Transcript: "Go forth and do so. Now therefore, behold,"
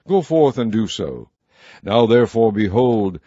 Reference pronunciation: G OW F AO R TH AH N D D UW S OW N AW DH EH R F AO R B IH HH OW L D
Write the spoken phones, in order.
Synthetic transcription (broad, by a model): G OW F AO R TH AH N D D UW S OW N AW DH EH R F AO R B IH HH OW L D